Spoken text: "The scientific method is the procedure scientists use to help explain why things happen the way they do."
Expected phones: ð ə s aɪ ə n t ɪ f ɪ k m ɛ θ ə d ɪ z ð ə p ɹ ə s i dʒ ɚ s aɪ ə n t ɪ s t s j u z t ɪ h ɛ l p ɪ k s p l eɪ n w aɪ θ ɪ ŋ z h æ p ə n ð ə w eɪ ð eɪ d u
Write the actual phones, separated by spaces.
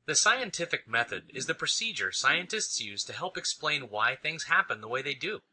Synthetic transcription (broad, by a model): ð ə s aɪ ə n t ɪ f ɪ k m ɛ θ ə d ɪ z ð ə p ɹ ə s i dʒ ɚ s aɪ ə n t ɪ s t s j u z t ɪ h ɛ l p ɪ k s p l eɪ n w aɪ θ ɪ ŋ z h æ p ə n ð ə w eɪ ð eɪ d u